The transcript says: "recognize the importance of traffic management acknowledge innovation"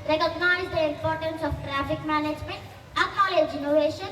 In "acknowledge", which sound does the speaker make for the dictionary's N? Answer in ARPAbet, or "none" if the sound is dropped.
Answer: none